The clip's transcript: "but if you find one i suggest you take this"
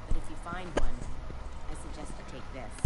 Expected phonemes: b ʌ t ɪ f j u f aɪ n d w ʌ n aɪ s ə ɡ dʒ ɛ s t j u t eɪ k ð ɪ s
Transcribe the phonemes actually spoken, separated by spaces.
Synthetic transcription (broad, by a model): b ʌ t ɪ f j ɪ f aɪ n d w ʌ n aɪ s ə ɡ dʒ ɛ s t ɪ t eɪ k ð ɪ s